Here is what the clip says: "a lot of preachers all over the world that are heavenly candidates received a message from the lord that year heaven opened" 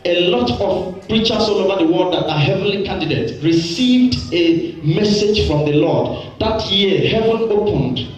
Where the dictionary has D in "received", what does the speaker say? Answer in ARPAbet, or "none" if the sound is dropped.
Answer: D